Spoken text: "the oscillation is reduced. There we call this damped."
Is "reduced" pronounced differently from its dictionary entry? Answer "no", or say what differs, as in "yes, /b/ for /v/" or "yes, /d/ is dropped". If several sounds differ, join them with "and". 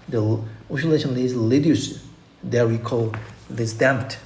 yes, /l/ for /ɹ/